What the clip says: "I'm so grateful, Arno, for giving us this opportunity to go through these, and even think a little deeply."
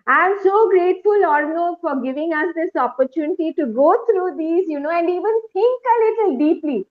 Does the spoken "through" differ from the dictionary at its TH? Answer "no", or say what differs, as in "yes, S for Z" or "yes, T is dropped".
yes, T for TH